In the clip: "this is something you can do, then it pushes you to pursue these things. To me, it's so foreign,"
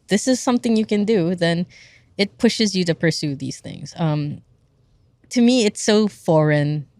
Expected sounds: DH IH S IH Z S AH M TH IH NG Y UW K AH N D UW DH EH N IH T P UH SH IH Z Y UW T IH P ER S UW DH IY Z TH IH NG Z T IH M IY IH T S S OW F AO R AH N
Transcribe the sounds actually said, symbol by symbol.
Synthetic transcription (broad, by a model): DH IH S IH Z S AH M TH IH NG Y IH K AH N D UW DH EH N IH T P UH SH IH Z Y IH T IH P ER S UW DH IY Z TH IH NG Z T IH M IY IH T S S OW F AO R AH N